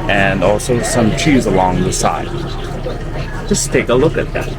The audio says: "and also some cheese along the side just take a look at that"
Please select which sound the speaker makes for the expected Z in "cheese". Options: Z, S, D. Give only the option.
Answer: Z